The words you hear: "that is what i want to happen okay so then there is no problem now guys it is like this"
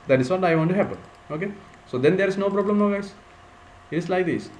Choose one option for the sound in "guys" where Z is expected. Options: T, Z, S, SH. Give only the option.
S